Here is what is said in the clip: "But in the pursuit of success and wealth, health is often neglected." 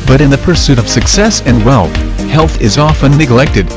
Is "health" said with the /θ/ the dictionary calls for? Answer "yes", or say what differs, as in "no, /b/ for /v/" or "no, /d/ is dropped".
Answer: yes